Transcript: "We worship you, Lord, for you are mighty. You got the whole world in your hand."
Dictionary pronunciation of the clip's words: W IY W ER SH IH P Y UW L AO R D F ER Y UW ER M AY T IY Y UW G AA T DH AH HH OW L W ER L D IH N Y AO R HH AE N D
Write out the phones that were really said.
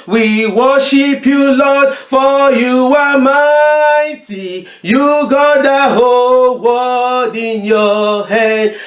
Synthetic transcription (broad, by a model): W IY W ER SH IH P Y UW L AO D F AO Y UW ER M AY T IY Y UW G AA T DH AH HH OW L W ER D IH N Y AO HH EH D